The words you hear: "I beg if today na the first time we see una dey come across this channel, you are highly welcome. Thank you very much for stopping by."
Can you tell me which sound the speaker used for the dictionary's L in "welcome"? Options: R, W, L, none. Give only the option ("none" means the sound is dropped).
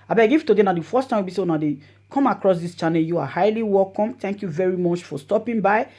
L